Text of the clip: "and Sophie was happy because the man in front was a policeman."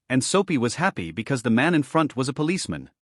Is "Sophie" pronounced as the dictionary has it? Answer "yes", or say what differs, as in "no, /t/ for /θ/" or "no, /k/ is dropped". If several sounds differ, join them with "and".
no, /p/ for /f/